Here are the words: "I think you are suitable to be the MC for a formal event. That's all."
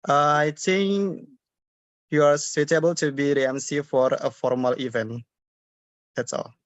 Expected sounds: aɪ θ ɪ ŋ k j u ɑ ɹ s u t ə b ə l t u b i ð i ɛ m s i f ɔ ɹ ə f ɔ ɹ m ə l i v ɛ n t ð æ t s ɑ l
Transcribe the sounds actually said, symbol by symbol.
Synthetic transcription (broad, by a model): aɪ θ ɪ ŋ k j u ɑ ɹ s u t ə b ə l t u b i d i ɛ m s i f ɔ ɹ ə f ɔ ɹ m ə l i v ɛ n t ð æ t s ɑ l